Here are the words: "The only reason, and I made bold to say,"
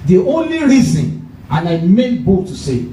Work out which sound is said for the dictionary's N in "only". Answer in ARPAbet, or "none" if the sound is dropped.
N